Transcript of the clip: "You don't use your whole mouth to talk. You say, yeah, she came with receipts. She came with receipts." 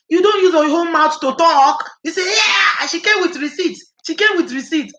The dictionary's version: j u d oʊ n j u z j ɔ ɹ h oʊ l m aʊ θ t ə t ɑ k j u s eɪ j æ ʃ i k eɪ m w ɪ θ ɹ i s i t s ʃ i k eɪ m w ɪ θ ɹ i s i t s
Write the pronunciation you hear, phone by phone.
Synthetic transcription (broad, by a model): j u d oʊ n j u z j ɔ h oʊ n m aʊ t t ə t ɑ k j u s eɪ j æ ʃ i k eɪ m w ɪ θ ɹ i s i t ʃ i k eɪ m w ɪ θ ɹ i s i t